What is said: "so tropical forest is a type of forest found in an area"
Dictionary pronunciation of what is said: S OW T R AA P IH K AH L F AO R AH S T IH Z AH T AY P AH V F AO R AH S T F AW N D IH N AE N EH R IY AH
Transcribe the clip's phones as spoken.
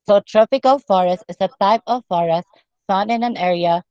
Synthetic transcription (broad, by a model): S OW T R AA P IH K AH L F AO R AH S T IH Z AH T AY P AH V F AO R AH S T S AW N IH N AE N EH R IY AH